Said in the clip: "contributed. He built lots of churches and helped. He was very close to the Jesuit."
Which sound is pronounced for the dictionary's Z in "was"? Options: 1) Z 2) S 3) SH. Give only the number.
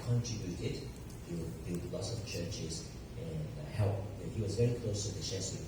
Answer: 1